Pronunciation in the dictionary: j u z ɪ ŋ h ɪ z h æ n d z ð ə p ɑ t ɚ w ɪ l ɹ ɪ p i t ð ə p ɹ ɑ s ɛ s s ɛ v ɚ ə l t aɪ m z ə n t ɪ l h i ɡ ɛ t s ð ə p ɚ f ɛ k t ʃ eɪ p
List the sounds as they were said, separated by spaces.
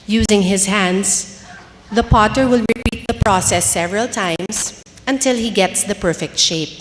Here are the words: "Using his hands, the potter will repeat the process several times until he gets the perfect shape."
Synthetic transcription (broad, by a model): j u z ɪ ŋ h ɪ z h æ n d s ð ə p ɑ t ɚ w ɪ l ɹ ɪ p i t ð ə p ɹ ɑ s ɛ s s ɛ v ɚ ə l t aɪ m s ə n t ɪ l h i ɡ ɛ t s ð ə p ɚ f ɛ k t ʃ eɪ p